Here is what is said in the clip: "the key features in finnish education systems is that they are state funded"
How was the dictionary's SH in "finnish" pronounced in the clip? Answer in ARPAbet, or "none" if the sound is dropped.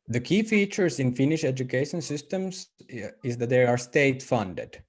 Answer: SH